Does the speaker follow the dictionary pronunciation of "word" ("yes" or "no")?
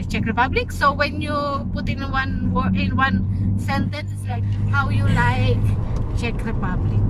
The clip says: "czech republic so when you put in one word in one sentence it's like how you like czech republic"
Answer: no